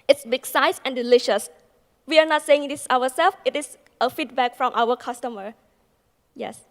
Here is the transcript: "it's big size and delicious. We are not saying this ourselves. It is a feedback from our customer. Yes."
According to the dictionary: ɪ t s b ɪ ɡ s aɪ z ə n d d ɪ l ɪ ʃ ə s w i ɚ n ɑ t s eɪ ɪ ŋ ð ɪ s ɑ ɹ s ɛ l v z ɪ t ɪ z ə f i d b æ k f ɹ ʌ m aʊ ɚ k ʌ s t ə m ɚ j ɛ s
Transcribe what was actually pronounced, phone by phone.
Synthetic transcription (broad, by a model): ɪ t s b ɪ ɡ s aɪ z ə n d d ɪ l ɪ ʃ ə s w i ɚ n ɑ t s eɪ ɪ ŋ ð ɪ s ɑ w s ɛ l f ɪ t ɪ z ə f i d b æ k f ɹ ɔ m aʊ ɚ k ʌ s t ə m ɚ j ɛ s